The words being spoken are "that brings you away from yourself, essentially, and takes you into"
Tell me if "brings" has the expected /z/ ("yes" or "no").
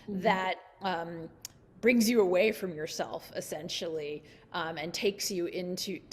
yes